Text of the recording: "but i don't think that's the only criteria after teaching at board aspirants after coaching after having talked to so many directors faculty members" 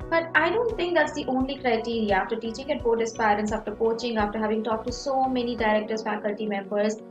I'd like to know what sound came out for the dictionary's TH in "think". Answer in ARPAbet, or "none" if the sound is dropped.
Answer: T